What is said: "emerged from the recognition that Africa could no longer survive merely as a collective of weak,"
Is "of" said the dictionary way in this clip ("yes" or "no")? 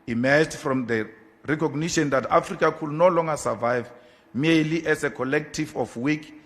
no